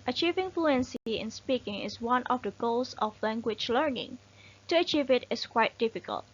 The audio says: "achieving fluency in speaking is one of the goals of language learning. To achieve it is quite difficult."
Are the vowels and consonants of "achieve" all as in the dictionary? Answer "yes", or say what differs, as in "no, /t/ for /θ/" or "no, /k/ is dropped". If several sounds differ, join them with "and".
yes